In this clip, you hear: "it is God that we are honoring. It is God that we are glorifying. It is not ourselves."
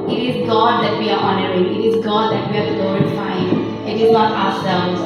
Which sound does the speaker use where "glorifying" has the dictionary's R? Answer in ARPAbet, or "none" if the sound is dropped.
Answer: none